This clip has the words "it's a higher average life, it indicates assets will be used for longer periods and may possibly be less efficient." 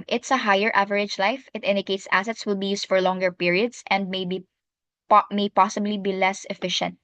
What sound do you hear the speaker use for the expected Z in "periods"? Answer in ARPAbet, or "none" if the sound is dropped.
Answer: S